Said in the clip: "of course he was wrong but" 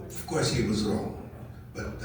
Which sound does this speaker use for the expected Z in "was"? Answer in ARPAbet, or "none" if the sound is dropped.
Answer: Z